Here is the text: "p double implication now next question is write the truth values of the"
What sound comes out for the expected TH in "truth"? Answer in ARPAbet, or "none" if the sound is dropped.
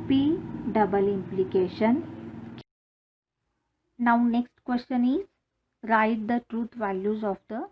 T